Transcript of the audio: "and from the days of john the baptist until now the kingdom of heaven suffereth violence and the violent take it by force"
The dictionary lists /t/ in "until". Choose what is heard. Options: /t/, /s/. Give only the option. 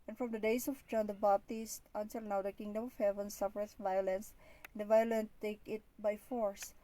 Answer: /s/